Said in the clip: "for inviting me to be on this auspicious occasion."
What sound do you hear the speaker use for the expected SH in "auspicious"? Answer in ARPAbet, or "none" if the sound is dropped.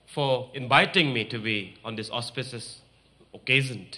S